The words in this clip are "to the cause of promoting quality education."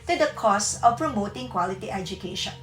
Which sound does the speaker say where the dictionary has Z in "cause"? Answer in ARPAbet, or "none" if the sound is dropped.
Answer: S